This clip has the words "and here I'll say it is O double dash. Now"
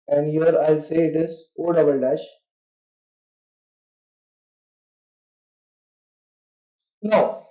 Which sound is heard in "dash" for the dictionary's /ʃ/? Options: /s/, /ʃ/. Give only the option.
/ʃ/